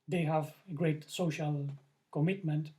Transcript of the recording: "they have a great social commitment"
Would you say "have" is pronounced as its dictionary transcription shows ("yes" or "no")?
yes